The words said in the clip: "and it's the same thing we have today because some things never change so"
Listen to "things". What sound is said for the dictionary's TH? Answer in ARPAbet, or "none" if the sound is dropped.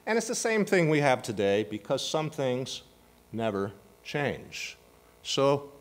TH